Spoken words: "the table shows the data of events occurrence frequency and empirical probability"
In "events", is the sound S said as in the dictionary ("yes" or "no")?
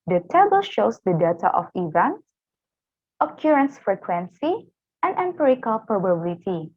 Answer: no